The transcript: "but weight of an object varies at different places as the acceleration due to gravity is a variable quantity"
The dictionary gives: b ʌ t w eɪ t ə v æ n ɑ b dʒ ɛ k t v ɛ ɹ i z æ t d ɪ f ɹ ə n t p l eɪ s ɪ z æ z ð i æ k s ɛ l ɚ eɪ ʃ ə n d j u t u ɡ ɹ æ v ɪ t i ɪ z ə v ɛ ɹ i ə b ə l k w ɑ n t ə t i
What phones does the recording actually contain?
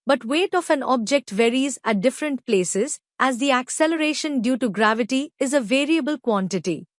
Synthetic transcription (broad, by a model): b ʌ t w eɪ t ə f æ n ɑ b dʒ ɛ k t v ɛ ɹ i z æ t d ɪ f ɹ ə n t p l eɪ s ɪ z æ z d i æ k s ɛ l ɚ eɪ ʃ ə n d j u t u ɡ ɹ æ v ɪ t i ɪ z ə v ɛ ɹ i ə b ə l k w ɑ n t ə t i